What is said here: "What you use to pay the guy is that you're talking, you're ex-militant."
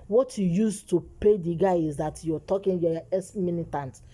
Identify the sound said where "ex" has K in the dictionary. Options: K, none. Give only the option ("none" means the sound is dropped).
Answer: none